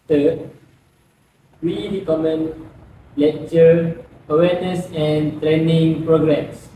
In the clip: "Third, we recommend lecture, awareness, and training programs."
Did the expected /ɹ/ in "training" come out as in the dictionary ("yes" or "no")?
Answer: yes